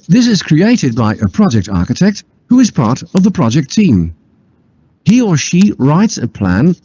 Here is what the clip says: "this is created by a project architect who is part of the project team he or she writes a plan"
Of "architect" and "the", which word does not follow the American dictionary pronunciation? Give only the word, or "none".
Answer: none